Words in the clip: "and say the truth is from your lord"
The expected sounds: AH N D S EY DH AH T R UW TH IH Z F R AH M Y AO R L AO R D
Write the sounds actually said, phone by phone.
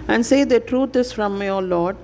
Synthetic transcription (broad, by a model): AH N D S EY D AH T R UW T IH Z F R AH M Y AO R L AO R D